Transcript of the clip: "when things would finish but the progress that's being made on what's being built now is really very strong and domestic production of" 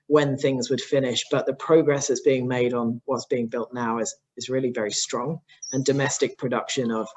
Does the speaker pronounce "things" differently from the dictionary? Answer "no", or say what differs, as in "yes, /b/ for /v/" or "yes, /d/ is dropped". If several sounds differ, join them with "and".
no